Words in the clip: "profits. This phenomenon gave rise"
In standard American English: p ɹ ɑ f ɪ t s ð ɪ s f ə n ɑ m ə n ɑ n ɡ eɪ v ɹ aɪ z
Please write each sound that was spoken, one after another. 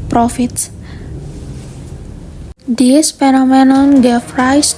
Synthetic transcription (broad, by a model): p ɹ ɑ f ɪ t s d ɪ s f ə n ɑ m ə n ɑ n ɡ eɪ f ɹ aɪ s